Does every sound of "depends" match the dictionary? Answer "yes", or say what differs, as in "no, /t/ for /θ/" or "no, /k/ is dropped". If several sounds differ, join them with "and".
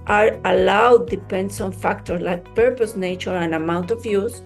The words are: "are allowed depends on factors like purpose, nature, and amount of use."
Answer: no, /s/ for /z/